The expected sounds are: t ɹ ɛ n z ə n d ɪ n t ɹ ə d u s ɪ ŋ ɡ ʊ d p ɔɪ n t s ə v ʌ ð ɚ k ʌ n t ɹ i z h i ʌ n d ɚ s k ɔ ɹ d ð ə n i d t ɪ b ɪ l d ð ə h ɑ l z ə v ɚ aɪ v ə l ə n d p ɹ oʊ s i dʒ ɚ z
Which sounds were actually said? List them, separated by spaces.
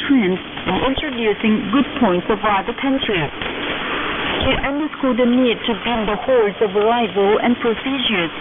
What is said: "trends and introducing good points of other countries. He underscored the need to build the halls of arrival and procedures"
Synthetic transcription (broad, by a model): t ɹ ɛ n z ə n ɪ n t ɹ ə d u s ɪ ŋ ɡ ʊ d p ɔɪ n t s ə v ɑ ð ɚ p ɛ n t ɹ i h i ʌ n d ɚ s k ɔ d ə n i d t ɪ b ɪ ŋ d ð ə h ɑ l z ə v ɚ aɪ v ə l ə n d p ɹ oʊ s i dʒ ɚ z